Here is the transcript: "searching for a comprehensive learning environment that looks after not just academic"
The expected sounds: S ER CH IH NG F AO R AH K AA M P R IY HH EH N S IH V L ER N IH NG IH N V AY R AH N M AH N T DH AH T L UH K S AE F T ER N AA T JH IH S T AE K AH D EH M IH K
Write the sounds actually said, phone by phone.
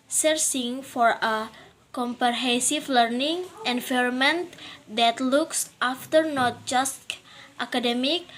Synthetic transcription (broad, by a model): S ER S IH NG F AO R AH K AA M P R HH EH S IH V L ER N IH NG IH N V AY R M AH N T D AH T L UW K S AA F T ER N AA T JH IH S T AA K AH D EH M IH K